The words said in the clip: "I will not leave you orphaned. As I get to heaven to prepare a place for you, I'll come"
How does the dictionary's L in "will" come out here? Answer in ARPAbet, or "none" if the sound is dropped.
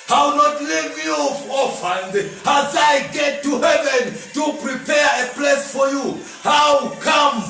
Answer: W